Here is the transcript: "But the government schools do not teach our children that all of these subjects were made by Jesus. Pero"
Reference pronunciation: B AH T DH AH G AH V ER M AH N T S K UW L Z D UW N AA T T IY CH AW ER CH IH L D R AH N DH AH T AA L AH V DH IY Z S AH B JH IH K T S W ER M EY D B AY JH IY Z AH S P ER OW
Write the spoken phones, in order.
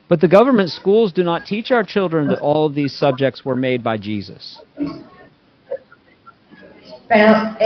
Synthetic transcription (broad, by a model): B AH T DH AH G AH V ER M AH N T S K UW L Z D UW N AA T T IY CH AW ER CH IH L D R AH N DH AH T AA L AH V DH IY Z S AH B JH IH K T S W ER M EY D B AY JH IY Z AH S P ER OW